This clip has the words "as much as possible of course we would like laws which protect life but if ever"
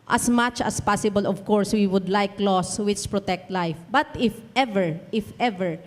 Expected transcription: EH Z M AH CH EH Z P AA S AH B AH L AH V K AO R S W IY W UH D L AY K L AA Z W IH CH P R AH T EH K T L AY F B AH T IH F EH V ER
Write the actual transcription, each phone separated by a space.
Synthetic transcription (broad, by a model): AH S M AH CH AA S P AA S AH B AH L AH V K AO R S W IY W UH D L AY K L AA S W IH CH P R AH T EH K T L AY F B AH T IH F EH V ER